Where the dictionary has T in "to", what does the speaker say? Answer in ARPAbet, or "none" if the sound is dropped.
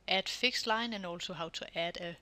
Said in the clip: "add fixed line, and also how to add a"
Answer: S